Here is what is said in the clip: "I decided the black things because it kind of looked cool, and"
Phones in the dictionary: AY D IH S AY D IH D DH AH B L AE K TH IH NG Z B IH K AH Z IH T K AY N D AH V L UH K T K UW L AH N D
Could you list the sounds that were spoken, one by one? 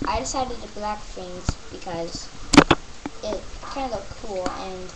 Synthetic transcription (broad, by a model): AY D IH S AY D IH D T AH B L AE K F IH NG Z B IH K AH Z IH T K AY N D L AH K K UW L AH N